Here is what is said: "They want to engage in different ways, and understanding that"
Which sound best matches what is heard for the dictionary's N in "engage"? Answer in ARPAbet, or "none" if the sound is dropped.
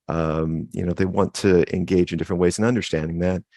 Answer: N